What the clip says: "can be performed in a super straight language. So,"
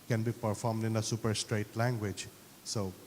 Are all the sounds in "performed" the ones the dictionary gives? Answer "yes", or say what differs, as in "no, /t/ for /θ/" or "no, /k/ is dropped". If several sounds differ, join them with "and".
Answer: yes